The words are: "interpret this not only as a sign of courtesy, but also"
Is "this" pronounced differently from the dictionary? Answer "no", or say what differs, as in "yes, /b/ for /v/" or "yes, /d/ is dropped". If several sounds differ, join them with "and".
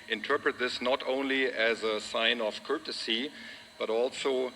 no